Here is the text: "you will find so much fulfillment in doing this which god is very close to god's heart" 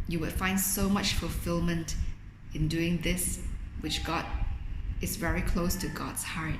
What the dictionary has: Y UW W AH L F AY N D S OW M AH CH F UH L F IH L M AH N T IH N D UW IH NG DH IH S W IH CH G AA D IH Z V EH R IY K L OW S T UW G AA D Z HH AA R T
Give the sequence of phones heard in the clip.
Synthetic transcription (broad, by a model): Y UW W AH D F AY N D S OW M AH CH F UH L F IH L M AH N T IH N D UW IH NG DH IH S W IH CH G AA D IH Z V EH R IY K L OW S T UW G AA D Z HH AA R T